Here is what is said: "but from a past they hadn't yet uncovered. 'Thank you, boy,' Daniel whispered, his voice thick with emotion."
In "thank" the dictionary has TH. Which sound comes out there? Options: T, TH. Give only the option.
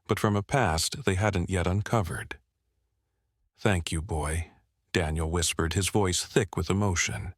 TH